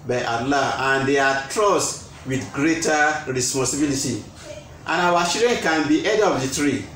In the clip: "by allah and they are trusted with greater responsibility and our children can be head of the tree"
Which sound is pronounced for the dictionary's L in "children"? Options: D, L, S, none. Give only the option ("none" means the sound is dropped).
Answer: none